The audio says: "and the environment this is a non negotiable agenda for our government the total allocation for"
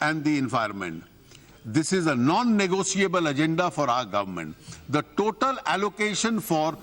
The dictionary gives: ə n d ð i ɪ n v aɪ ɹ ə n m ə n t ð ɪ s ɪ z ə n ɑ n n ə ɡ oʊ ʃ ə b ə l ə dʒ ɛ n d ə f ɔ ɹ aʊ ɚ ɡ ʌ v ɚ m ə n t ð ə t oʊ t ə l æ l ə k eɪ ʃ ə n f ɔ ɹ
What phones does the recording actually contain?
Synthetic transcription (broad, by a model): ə n d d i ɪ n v aɪ ə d m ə n t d ɪ s ɪ z ə n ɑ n n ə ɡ oʊ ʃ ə b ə l ə dʒ ɛ n d ə f ɔ ɹ aʊ ɚ ɡ ʌ v ɚ m ə n t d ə t oʊ t ə l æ l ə k eɪ ʃ ə n f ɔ ɹ